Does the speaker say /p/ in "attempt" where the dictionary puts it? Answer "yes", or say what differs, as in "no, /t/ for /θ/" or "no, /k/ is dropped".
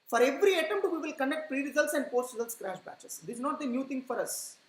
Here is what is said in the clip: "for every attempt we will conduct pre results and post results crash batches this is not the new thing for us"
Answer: no, /p/ is dropped